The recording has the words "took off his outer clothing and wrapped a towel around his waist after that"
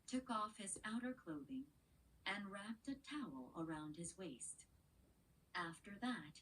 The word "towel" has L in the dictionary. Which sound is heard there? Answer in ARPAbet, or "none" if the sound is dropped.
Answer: L